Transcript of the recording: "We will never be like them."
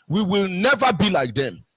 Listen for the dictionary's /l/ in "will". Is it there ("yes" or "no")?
yes